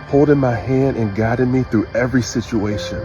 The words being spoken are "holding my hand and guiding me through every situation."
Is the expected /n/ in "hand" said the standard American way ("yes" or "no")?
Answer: yes